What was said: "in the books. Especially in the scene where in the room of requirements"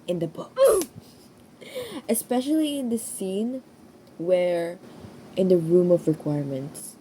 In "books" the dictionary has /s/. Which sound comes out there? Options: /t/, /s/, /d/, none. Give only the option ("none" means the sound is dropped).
none